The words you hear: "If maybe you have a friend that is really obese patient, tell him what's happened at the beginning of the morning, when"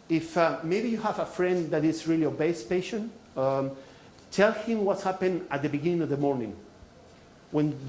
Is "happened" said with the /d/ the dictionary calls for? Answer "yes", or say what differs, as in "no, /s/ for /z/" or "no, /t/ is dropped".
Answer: no, /d/ is dropped